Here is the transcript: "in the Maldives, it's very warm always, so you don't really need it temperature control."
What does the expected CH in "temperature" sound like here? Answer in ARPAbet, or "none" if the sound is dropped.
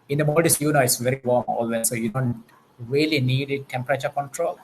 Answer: CH